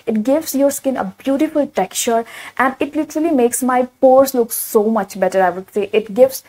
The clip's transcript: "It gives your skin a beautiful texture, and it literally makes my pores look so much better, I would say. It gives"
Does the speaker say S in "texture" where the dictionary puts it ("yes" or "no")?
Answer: no